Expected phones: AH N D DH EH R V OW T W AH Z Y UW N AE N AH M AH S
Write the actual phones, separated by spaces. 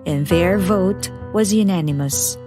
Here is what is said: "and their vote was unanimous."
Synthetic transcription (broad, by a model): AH N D DH EH R V OW T W AH Z Y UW N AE N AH M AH S